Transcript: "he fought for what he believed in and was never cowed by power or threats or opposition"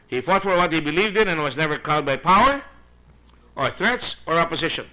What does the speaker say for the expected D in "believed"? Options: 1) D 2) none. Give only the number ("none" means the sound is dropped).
1